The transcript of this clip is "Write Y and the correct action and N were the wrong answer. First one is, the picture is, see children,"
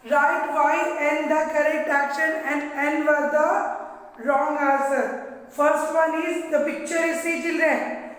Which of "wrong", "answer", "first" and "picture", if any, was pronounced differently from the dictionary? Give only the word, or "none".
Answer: answer